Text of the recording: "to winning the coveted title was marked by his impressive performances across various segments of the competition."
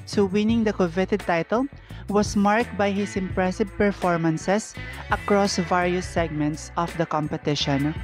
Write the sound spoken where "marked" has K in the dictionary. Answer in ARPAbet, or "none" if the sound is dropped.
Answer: K